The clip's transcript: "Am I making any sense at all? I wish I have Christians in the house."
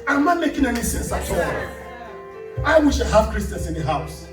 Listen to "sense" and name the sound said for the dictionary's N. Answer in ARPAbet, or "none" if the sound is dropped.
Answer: N